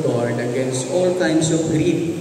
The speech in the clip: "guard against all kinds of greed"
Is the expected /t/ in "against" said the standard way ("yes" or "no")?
yes